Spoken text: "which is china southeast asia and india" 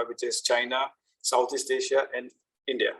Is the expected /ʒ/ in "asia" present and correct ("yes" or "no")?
no